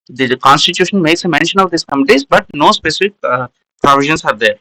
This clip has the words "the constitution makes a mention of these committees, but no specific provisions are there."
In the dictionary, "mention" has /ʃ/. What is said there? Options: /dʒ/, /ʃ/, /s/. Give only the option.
/ʃ/